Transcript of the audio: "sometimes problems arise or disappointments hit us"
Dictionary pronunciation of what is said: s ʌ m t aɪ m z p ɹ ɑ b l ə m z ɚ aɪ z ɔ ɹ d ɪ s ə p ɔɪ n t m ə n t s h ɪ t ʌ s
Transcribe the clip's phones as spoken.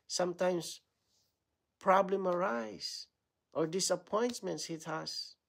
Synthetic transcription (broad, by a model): s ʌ m t aɪ m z p ɹ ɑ b l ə m ɚ aɪ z ɔ ɹ d ɪ s ə p ɔɪ n t m ə n t s h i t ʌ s